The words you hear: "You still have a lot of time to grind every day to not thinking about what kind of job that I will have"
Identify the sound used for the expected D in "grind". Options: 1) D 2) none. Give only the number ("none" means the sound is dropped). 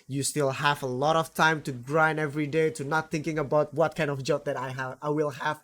2